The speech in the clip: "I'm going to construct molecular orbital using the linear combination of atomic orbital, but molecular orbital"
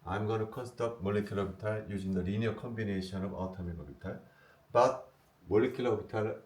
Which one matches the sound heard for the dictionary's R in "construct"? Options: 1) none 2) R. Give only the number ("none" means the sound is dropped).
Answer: 1